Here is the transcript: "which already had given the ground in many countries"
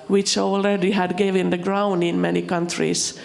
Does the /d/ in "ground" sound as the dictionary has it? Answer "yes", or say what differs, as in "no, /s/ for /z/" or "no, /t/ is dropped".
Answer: yes